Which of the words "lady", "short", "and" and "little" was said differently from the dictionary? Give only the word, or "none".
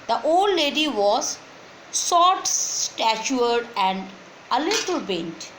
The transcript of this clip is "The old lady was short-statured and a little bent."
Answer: short